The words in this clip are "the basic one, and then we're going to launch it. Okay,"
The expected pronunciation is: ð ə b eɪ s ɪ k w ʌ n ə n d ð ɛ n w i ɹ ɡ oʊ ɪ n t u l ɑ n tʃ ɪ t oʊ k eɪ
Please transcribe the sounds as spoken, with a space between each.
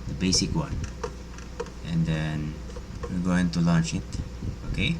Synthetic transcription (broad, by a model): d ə b eɪ s ɪ k w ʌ n ə n d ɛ n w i l ɡ oʊ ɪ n t u l ɑ n tʃ ɪ t oʊ k eɪ